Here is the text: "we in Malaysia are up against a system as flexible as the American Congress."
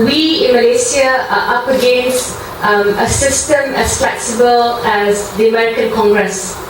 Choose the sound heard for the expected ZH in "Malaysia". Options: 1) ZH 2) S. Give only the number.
2